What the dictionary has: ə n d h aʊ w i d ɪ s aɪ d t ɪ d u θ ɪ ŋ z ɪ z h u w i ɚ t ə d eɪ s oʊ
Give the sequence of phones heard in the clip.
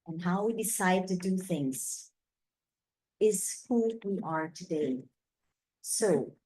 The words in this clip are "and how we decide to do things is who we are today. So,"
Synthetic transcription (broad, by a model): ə n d h aʊ w i d ɪ s aɪ d t ɪ d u θ ɪ ŋ z ɪ z h u w i ɚ t ə d eɪ s oʊ